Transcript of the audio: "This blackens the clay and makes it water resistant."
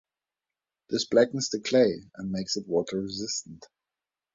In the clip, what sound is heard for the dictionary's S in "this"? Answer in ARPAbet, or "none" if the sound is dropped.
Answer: S